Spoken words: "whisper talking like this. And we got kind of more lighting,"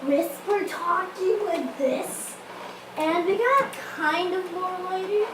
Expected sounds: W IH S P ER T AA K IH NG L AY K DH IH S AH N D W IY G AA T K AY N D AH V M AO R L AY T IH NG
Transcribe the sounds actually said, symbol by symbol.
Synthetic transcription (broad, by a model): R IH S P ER T AA K IH NG W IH DH IH S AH N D W IY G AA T K AY N D AH V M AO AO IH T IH